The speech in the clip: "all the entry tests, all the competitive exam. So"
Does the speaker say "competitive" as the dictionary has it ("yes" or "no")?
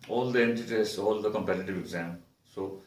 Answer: yes